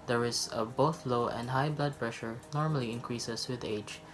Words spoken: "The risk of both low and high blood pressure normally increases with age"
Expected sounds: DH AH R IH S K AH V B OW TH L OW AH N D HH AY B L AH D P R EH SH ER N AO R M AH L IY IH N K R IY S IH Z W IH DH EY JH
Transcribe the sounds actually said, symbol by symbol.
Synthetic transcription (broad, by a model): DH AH R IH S AH B OW TH L OW AH N D HH AY B L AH D P R EH SH ER N AO R M AH L IY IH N K R IY S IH S W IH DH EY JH